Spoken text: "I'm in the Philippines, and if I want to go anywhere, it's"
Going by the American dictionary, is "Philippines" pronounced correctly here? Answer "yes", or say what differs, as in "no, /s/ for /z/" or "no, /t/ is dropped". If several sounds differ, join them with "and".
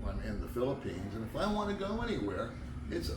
yes